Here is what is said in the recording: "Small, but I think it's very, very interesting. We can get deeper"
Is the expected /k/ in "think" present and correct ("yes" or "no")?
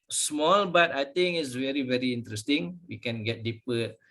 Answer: no